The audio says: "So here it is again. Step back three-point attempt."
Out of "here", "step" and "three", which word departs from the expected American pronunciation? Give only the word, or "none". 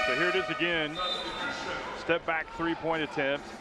none